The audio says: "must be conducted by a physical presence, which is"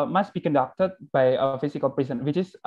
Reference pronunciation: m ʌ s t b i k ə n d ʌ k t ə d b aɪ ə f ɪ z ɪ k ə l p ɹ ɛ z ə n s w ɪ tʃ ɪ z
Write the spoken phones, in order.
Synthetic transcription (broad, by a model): m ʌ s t b i k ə n d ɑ k t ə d b aɪ ə f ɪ s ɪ k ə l p ɹ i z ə n w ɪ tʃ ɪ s